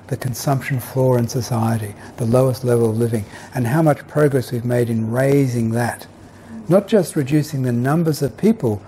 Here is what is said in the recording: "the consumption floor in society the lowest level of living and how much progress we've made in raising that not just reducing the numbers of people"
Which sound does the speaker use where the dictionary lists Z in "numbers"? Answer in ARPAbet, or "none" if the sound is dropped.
Z